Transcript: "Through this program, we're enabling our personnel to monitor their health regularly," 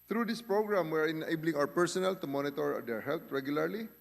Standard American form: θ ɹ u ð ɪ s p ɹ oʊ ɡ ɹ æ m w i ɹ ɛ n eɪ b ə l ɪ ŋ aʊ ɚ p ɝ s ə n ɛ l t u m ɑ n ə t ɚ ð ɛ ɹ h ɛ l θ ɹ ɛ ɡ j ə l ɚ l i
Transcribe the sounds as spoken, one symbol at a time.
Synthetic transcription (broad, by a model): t ɹ u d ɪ s p ɹ oʊ ɡ ɹ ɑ m w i ɹ ɛ n eɪ b ə l ɪ ŋ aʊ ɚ p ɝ s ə n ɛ l t u m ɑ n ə t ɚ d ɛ ɹ h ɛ l t ɹ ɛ ɡ j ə l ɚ l i